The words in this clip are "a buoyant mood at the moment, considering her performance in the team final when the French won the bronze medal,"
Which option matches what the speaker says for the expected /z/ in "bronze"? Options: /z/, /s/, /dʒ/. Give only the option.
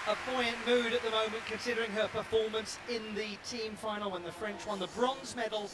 /z/